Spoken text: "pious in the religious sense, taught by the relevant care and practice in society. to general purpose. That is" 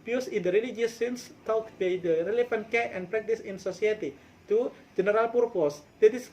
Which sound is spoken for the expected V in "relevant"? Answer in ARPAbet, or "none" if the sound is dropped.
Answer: F